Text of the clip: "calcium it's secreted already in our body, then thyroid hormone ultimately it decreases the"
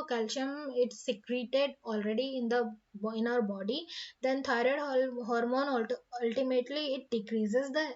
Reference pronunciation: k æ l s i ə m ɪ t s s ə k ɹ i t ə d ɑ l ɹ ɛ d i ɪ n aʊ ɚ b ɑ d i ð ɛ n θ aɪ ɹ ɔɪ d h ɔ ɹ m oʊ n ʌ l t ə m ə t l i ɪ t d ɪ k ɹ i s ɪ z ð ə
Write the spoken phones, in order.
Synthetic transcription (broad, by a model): k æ l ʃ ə m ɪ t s s ə k ɹ i t ə d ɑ l ɹ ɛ d i ɪ n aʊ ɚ b ɑ d i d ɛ n t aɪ ɹ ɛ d h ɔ ɹ m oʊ n ʌ l t ə m ə t l i ɪ t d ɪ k ɹ i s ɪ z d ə